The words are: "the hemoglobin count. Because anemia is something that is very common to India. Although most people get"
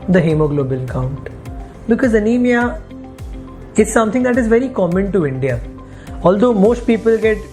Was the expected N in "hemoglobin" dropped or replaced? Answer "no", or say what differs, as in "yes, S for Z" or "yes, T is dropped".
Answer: yes, L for N